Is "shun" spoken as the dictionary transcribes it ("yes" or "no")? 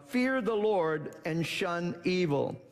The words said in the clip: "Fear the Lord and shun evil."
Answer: yes